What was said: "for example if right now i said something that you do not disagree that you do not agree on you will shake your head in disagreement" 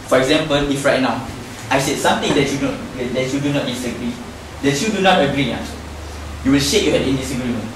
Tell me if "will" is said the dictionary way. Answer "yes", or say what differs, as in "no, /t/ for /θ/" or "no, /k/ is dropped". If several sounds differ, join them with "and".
yes